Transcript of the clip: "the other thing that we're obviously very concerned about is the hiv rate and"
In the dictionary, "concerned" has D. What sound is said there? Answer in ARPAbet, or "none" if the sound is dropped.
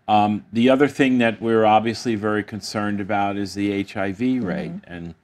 D